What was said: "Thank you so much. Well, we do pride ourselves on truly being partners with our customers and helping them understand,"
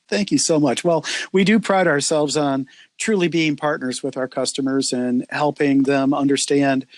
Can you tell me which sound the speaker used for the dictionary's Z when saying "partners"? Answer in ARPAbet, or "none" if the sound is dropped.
Z